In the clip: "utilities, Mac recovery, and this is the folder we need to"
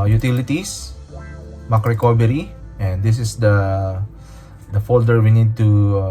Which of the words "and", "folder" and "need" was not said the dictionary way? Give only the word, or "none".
none